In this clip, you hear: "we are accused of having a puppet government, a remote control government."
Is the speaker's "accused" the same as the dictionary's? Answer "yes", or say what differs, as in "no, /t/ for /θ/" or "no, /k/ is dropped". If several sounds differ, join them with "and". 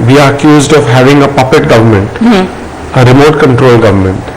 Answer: yes